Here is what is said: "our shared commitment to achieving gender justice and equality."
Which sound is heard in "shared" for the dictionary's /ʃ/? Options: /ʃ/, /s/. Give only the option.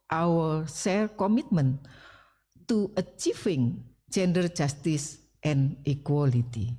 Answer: /s/